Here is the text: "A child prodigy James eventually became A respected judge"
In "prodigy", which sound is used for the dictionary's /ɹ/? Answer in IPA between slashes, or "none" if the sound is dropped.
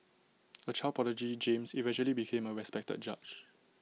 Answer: none